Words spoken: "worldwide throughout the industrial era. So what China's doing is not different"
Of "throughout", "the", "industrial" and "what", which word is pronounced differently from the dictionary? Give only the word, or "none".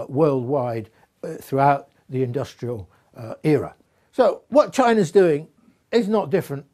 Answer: none